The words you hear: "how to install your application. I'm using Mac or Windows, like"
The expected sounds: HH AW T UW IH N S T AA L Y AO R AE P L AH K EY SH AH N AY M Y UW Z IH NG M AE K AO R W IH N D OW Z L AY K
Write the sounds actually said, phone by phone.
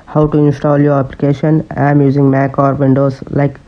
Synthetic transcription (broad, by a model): HH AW T UW IH N S T AA L Y AO R AE P L AH K EY SH AH N AY M Y UW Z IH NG M AE K AO R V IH N D OW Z L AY K